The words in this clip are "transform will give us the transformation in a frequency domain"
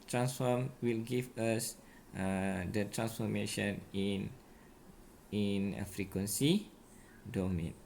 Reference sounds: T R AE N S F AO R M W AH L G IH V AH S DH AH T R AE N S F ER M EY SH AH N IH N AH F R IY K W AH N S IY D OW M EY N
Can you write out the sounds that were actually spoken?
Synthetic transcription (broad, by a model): T R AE N S F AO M W AH L G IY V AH S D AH T R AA N S F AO M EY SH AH N IH N AH F R IY K W AH N S IY D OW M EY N